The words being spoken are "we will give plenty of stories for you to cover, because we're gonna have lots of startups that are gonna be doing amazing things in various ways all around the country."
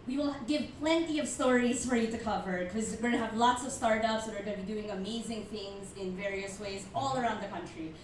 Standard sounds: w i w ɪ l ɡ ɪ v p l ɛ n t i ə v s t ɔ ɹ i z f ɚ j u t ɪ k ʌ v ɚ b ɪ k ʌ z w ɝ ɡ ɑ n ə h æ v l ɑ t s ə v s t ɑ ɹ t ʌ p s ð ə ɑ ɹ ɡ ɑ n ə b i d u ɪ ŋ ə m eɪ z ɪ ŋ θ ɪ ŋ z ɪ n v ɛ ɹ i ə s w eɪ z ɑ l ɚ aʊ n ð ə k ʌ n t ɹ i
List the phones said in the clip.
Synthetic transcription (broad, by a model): w i w ɪ l ɡ ɪ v p l ɛ n t i ə v s t ɔ ɹ i z f ɚ j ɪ t ɪ k ʌ v ɚ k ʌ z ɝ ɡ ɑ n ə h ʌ v l ɑ t s ə v s t ɑ ɹ t ʌ p s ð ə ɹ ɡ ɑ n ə b i d u ɪ ŋ ə m eɪ z ɪ ŋ θ ɪ ŋ z ɪ n v ɛ ɹ i ə s w eɪ z ɑ l ɚ aʊ n ð ə k ʌ n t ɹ i